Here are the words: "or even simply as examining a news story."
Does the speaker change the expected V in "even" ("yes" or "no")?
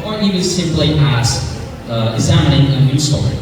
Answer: yes